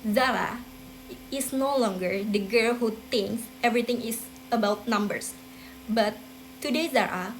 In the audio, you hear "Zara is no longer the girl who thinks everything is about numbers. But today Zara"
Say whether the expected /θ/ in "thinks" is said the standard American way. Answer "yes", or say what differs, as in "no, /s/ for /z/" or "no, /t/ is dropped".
no, /t/ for /θ/